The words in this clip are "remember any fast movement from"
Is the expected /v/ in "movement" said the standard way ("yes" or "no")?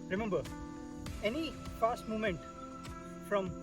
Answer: no